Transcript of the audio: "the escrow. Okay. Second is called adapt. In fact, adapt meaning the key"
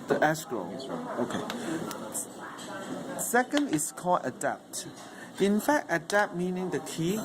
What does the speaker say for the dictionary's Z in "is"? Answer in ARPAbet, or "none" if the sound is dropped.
S